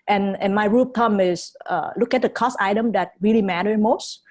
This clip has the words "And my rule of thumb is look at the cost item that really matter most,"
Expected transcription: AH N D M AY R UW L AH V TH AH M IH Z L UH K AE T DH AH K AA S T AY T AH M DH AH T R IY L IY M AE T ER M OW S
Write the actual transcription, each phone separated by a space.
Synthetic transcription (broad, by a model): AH N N M AY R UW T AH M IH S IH L UH K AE T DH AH K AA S AY T AH M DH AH T R IY L IY M AE T ER M OW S